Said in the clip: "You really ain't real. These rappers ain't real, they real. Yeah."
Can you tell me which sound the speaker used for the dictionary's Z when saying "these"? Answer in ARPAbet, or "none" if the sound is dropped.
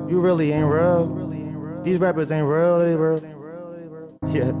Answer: Z